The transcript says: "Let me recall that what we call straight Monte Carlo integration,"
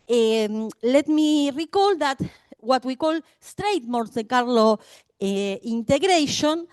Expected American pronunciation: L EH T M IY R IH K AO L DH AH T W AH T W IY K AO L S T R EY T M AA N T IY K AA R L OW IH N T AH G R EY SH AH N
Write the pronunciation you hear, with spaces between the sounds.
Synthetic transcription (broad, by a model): L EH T M IY R IH K AO L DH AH T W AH T W IY K AO L S T R EY T M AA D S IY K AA R L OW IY N T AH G R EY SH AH N